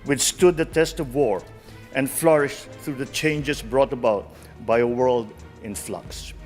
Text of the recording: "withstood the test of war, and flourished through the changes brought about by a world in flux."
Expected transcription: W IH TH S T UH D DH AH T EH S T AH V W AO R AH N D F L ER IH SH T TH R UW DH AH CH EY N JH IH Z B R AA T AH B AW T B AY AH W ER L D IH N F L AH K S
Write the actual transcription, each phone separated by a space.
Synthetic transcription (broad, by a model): W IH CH S T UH D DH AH T EH S T AH V W AO R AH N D F L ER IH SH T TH R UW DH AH CH EY N JH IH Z B R AA T AH B AW T B AY AH W ER L D IH N F L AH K S